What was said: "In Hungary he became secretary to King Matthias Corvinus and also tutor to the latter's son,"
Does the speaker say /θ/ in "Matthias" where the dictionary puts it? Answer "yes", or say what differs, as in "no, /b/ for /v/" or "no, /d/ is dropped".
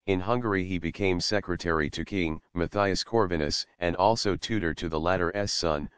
yes